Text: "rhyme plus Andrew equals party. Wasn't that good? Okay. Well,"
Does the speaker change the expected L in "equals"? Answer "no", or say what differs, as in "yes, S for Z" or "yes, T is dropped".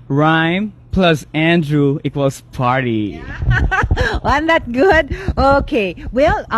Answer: yes, L is dropped